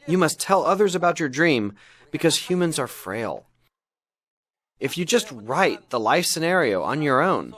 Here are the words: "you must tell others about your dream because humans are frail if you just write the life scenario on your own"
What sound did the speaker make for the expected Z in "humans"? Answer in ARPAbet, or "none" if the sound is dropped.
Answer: Z